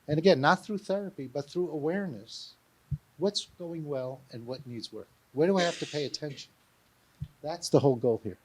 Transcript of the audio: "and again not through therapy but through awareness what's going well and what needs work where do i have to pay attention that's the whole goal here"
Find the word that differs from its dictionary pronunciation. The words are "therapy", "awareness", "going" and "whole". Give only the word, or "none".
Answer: none